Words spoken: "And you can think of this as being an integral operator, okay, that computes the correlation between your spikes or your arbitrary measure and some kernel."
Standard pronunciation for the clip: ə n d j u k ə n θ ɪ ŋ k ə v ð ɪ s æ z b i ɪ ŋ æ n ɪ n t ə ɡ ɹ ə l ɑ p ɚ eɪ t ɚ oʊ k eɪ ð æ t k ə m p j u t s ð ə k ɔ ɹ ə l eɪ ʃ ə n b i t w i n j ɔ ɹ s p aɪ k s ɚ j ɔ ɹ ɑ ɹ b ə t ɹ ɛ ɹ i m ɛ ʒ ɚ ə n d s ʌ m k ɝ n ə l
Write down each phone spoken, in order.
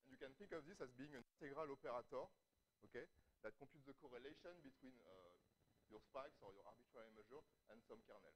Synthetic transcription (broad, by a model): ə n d j u k ə n θ ɪ ŋ k ə v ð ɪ s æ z b i ɪ ŋ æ n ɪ n t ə ɡ ɹ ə l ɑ p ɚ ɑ t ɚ oʊ k eɪ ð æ t k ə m p j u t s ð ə k ɔ ɹ ə l eɪ ʃ ə n b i t w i n j ɔ ɹ s p aɪ k s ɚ j ɔ ɹ ɑ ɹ b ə t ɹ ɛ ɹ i m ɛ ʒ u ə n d s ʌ m k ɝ n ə l